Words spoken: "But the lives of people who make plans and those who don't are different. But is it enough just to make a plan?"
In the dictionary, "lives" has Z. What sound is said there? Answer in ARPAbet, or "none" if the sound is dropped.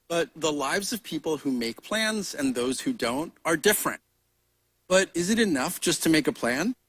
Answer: Z